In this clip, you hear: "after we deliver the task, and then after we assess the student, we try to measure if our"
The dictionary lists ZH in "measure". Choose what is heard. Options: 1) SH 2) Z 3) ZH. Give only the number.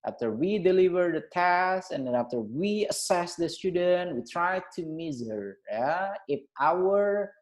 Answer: 2